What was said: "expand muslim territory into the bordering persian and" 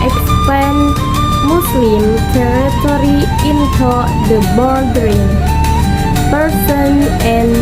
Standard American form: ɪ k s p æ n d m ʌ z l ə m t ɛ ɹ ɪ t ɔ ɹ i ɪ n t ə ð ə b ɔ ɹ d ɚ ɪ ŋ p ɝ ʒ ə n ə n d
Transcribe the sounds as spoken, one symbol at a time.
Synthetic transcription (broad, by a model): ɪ k s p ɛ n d m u s l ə m t ɛ ɹ ɪ t ɔ ɹ i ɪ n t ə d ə b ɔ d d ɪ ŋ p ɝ s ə n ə n